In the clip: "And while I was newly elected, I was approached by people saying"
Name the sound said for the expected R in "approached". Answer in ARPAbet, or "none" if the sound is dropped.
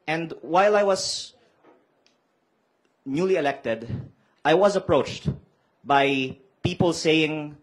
R